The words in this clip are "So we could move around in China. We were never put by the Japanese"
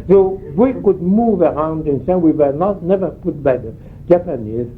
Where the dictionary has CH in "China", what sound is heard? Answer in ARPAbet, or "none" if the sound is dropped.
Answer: S